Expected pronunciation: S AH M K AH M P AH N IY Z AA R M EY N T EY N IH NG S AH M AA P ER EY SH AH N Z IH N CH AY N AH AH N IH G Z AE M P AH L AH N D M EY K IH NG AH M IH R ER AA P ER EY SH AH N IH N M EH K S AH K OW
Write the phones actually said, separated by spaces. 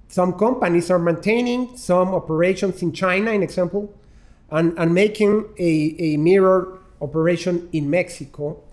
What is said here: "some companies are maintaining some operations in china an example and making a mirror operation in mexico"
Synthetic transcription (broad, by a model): S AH M K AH M P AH N IY S AA R M EY N T EY N IH NG S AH M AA P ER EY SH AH N S IH N CH AY N AH AH N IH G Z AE M P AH L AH N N M EY K IH NG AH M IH R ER AA P ER EY SH AH N IH N M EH K S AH K OW